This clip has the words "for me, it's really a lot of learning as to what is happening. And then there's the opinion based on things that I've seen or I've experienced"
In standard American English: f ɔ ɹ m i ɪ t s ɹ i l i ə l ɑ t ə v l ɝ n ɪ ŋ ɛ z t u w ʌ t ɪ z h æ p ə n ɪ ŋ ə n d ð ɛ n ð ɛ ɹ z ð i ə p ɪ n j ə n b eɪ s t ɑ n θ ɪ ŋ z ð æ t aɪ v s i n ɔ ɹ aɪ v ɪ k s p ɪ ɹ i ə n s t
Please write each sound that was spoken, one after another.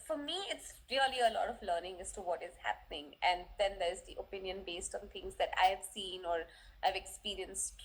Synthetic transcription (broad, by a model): f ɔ ɹ m i ɪ t s ɹ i l i ə l ɑ t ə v l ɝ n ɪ ŋ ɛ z t u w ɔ t ɪ z h æ p ə n ɪ ŋ ə n d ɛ n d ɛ ɹ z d i ə p ɪ n j ə n b eɪ s t ɑ n t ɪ ŋ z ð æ t aɪ v s i n ɔ ɹ aɪ v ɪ k s p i ɹ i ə n s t